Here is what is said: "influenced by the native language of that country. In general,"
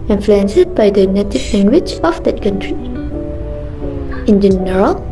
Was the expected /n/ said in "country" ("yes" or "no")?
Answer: yes